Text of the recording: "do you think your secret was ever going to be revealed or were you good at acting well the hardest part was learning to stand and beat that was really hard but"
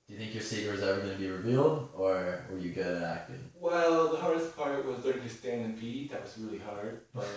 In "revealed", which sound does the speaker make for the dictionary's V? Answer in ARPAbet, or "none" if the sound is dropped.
V